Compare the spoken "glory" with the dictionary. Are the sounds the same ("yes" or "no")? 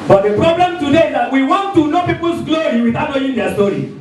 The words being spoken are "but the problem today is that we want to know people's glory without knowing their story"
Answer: yes